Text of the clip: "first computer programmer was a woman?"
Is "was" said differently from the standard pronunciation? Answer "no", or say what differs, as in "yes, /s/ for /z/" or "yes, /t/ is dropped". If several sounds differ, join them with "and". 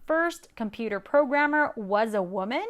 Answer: no